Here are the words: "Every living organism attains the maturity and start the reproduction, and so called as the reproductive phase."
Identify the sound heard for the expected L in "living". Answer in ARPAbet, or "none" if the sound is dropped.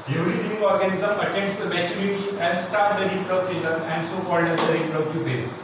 N